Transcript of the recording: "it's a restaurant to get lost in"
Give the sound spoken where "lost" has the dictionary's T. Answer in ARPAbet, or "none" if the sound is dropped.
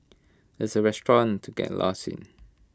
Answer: none